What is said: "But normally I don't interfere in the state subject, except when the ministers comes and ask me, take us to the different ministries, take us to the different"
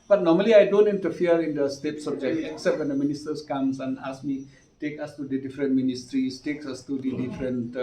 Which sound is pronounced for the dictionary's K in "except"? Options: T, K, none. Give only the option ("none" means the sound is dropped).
K